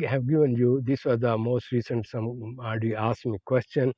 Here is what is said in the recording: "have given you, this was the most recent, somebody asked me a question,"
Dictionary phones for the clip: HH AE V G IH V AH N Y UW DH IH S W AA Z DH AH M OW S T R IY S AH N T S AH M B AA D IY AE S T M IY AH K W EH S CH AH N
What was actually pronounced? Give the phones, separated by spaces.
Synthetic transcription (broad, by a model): HH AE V G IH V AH N Y UW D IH S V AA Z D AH M OW S T R IY S AH N T S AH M AA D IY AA S M IY K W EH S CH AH N